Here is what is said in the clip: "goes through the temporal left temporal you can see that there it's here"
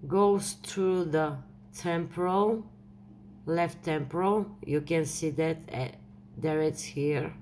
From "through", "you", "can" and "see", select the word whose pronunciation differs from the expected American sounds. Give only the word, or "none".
through